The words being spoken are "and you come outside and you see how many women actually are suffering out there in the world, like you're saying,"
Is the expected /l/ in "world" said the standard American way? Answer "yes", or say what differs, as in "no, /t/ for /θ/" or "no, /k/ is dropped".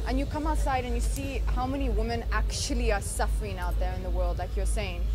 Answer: yes